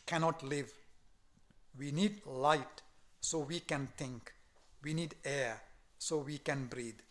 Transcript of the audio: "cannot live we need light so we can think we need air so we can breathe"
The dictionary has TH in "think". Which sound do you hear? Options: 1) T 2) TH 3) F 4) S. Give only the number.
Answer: 1